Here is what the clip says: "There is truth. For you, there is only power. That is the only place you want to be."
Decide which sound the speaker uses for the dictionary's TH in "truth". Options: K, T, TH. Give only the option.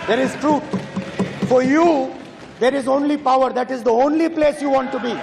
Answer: T